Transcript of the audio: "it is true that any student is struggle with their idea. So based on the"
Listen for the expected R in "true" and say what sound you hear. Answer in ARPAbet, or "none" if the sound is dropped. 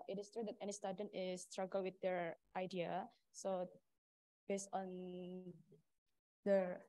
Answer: R